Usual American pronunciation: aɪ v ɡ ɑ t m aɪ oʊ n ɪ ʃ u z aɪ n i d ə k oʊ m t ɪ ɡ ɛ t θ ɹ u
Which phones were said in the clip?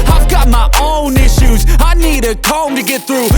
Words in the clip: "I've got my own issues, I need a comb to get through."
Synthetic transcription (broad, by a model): aɪ v ɡ ɑ t m aɪ oʊ n ɪ ʃ u z aɪ n i d ə k oʊ m t ɪ ɡ ɛ t θ ɹ u